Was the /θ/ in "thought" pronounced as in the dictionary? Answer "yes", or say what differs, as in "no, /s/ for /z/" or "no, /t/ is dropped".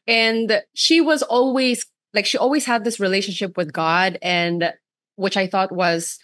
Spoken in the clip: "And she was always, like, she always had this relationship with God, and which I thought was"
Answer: yes